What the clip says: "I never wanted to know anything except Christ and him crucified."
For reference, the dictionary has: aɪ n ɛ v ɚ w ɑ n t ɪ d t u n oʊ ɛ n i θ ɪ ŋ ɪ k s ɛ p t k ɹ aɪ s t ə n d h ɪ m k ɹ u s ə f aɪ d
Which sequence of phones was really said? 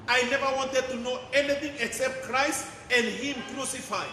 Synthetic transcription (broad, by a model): aɪ n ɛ v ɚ w ɑ n t ɪ d t u n oʊ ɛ n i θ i ŋ ɪ k s ɛ p t k ɹ aɪ s t ə n d h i m k ɹ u s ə f aɪ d